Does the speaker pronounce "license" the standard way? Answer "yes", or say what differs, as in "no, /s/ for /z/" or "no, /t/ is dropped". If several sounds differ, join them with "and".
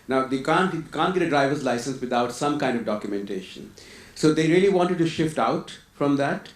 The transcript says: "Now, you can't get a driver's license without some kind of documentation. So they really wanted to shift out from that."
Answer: yes